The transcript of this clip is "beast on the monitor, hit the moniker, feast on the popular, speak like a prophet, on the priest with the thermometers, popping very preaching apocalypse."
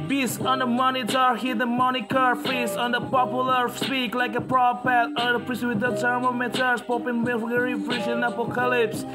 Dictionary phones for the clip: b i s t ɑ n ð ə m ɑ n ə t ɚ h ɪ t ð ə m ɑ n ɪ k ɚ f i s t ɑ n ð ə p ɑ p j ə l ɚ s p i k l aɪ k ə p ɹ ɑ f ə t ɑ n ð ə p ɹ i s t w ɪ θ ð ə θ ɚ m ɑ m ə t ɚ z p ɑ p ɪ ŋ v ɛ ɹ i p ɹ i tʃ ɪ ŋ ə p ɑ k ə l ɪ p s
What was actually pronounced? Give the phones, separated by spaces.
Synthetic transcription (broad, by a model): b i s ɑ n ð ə m ɑ n ə t ɚ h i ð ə m ɑ n ɪ k ɚ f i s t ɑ n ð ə p ɑ p j ə l ɚ s p i k l aɪ k ə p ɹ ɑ p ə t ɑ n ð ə p ɹ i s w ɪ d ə t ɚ m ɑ m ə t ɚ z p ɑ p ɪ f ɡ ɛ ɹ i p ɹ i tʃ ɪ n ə p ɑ k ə l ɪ p s